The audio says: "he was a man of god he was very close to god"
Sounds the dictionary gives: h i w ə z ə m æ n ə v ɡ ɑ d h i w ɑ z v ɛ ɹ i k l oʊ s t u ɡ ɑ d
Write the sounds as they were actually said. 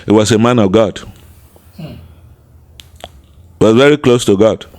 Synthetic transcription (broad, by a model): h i w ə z ə m æ n ə v ɡ ɑ d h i w ɑ z v ɛ ɹ i k l oʊ s t u ɡ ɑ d